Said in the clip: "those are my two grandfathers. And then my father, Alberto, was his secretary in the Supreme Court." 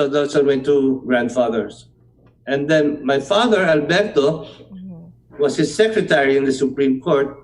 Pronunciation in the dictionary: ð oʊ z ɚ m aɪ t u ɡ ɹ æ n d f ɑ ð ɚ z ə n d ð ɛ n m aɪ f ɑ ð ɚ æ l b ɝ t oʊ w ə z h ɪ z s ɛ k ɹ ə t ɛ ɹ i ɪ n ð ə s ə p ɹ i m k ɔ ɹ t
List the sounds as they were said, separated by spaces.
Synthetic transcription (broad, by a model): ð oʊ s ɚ m aɪ t u ɡ ɹ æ n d f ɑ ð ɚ s ə n d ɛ n m aɪ f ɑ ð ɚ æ l b ɝ t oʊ w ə s h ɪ s ɛ k ɹ ə t ɛ ɹ i ɪ n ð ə s ə p ɹ i m k ɔ ɹ t